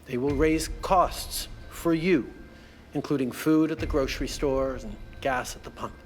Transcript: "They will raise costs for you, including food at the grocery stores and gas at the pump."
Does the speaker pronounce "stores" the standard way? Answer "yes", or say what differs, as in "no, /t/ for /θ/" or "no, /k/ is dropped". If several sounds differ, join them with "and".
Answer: yes